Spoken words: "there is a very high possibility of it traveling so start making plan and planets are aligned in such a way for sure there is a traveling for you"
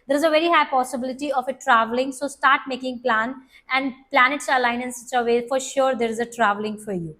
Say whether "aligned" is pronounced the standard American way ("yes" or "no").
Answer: no